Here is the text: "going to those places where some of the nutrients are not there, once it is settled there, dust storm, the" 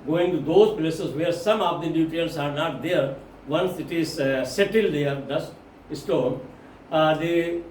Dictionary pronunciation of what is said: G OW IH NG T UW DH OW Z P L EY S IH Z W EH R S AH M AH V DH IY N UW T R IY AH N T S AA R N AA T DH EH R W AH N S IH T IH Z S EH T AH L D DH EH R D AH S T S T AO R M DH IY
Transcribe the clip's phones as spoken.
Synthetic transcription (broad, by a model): G OW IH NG T UW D OW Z P L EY S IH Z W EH R S AH M AH V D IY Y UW T IY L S AA R N AA T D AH R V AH N S IH T IH Z S EH T AH L D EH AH R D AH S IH S T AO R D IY